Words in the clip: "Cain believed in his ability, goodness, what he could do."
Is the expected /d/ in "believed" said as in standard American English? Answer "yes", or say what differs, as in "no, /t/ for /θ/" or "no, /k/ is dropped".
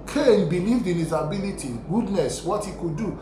yes